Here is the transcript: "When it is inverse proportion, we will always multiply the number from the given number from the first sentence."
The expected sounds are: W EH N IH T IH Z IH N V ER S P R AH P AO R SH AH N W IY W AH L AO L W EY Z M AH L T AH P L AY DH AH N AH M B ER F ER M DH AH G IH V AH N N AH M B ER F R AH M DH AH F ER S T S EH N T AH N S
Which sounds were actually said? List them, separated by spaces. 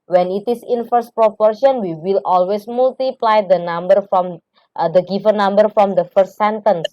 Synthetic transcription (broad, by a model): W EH N IH T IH S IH N F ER S P R AH P AO R SH AH N W IY W AH L AO L W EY S M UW L T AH P L AY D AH N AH M B ER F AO M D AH G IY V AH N N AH M B ER F R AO M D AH F ER S T S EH N T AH N S